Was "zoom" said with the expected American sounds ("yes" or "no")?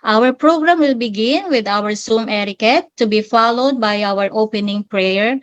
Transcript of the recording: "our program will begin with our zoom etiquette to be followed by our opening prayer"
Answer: no